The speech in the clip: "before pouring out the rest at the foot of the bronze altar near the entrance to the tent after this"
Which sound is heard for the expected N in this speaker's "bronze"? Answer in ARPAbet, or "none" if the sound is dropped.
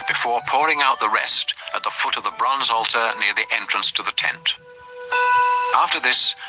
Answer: N